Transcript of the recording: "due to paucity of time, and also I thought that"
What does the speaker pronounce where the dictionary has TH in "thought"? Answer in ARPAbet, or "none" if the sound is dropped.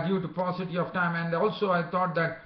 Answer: T